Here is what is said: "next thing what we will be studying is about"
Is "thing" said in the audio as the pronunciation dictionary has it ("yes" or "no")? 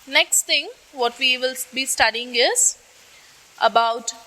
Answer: no